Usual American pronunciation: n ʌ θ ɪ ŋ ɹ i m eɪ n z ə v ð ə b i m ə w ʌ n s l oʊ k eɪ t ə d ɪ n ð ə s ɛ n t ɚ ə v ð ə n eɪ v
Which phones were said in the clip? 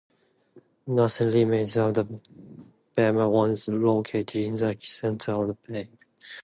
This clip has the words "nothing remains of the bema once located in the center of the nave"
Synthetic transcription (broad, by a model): n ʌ s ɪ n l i m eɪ z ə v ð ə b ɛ m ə w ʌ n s l oʊ k eɪ t ə d ɪ n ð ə s ɛ n t ɚ ə v ð ə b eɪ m